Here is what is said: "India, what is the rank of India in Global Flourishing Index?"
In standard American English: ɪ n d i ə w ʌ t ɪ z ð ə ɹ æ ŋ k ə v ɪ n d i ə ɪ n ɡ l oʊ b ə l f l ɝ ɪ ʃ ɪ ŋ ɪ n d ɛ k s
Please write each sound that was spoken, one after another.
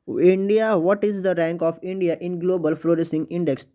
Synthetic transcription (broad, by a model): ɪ n d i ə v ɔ t ɪ z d ə ɹ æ ŋ k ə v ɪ n d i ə ɪ n ɡ l oʊ b ə l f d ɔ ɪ s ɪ ŋ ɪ n d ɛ k s